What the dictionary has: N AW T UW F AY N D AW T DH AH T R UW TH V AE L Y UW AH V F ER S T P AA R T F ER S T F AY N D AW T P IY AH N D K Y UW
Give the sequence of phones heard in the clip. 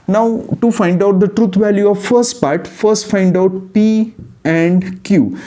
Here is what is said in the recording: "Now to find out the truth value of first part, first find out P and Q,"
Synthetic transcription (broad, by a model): N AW T UW F AY N D AW T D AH T R UW T V AE L Y UW AH V F ER S T P AA R T F ER S T F AY N D AW T P IY AH N D K Y UW